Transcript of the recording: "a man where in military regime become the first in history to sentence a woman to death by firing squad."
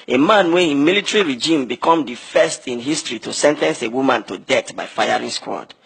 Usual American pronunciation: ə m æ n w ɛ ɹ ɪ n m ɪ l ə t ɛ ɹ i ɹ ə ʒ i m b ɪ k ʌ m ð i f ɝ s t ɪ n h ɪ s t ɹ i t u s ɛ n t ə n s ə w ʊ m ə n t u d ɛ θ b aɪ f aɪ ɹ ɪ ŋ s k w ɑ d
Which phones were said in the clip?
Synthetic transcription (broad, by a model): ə m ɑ n w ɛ ɪ n m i l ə t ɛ ɹ i ɹ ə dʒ i m b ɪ k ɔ m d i f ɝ s t ɪ n h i s t ɹ i t u s ɛ n t ə n s ə w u m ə n t u d ɛ t b aɪ f aɪ ɹ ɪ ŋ s k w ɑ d